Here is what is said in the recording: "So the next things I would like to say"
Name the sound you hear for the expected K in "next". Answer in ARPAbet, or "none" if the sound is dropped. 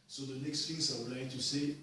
K